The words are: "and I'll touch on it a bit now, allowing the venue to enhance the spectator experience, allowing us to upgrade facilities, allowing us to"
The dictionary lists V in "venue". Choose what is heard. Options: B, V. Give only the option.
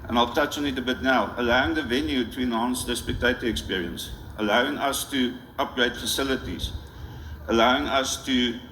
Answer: V